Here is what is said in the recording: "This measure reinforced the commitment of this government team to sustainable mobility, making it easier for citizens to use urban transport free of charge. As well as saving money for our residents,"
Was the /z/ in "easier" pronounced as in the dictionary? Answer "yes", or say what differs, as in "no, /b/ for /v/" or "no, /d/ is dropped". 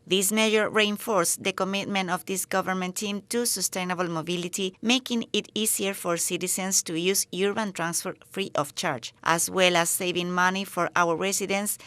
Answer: no, /s/ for /z/